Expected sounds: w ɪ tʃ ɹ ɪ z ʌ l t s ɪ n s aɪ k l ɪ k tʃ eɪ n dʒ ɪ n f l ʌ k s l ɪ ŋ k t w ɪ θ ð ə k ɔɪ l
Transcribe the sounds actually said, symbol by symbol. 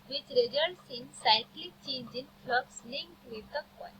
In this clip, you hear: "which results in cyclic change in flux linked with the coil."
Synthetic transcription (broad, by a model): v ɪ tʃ ɹ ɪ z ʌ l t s ɪ n s aɪ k l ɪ tʃ eɪ n dʒ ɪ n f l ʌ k s l ɪ ŋ k t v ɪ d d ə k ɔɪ